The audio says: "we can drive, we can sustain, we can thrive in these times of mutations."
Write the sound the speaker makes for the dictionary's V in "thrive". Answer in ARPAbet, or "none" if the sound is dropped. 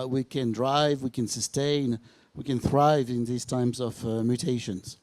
V